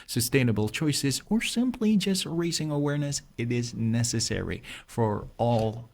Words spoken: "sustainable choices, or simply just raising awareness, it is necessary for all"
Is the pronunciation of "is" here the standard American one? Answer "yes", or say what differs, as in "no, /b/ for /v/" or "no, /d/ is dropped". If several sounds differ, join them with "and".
yes